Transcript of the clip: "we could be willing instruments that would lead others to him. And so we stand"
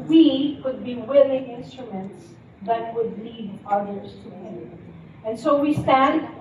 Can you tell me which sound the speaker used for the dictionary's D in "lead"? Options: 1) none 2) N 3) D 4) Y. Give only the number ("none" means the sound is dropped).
3